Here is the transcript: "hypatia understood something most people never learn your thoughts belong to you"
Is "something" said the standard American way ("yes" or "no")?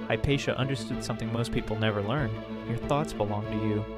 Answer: yes